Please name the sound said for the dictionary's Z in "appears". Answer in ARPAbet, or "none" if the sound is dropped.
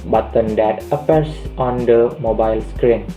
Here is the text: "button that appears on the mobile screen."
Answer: S